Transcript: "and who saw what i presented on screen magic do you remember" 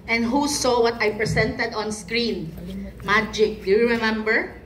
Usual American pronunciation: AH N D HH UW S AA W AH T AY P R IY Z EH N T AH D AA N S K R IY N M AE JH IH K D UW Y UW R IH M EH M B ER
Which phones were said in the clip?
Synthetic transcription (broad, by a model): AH N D HH UW S AA W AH T AY P R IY S EH N T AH D AA N S K R IY N M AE JH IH K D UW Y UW R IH M EH M B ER